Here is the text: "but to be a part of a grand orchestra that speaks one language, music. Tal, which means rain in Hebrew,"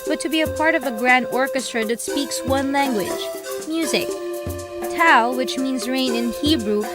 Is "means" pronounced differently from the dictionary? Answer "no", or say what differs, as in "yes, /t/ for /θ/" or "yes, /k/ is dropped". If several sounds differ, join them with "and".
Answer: no